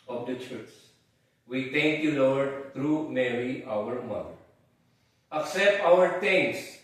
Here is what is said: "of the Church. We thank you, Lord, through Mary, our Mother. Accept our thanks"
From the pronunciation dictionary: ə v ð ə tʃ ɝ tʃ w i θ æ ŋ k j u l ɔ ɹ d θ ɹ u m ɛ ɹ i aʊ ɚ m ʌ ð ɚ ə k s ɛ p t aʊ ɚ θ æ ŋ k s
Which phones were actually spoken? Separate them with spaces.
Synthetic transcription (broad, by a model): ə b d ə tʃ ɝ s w i t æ ŋ k j u l ɔ ɹ d t ɹ u m ɛ ɹ i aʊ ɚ m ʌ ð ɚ ə k s ɛ p t aʊ ɚ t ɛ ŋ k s